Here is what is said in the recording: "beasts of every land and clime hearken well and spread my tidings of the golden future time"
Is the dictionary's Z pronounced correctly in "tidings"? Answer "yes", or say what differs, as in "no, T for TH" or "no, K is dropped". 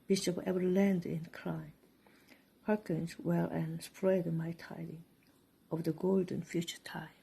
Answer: no, Z is dropped